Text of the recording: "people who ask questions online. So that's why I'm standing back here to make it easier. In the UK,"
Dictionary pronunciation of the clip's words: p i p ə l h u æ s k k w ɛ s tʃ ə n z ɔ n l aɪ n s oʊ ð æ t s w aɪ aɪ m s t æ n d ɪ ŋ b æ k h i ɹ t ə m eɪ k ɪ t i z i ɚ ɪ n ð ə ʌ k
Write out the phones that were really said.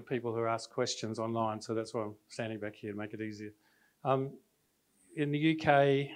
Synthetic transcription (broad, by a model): p i p l h u æ s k k w ɛ s tʃ ə n z ɔ n l aɪ n s oʊ ð æ t s w aɪ aɪ m s t æ n d ɪ ŋ b æ k h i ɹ t ə m eɪ k ɪ t i z i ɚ ɪ n ð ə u k